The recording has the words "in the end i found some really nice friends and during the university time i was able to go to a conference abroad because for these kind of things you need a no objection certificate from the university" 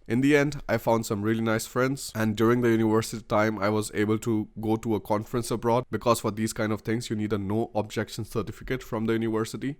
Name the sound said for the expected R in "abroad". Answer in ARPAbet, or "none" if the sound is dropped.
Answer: R